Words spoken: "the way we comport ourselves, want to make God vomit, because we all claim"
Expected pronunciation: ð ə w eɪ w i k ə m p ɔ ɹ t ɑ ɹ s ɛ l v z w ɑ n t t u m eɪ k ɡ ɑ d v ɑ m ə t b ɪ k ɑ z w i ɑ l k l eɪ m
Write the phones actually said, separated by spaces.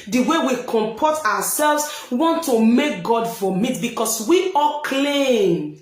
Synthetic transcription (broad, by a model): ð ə w eɪ w i k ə m p ɔ t ɑ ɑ s ɛ l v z w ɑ n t t u m eɪ k ɡ ɑ d f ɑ m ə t b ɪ k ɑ s w i ɑ l k l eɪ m